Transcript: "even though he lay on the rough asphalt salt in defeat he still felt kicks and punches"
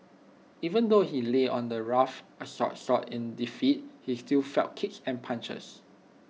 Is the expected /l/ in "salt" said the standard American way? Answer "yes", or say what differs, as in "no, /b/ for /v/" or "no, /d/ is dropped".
no, /l/ is dropped